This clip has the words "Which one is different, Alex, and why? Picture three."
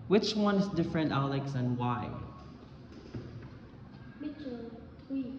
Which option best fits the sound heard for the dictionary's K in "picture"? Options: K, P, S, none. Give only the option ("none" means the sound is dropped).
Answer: none